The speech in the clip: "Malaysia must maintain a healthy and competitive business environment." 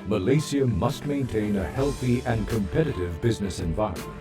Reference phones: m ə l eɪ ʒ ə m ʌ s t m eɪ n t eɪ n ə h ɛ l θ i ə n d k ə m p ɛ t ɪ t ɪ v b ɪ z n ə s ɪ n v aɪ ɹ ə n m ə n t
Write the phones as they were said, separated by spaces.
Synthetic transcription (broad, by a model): m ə l eɪ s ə m ʌ s t m eɪ n t eɪ n ə h ɛ l θ i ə n k ə m p ɛ t ɪ t ɪ v b ɪ z n ə s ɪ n v aɪ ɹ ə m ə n